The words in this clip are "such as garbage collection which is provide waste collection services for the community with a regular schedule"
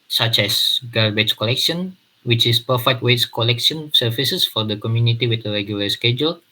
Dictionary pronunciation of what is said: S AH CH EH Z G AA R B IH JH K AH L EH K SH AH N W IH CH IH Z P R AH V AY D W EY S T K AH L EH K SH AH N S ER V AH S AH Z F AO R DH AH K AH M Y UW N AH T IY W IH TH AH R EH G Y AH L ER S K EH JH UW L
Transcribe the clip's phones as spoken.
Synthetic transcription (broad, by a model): S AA CH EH S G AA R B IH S K AH L EH K SH AH N W IH CH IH S P AH F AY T W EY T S K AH L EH K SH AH N S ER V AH S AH S F AO R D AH K AH M Y UW N AH T IY W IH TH AH R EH G Y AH L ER S K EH JH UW L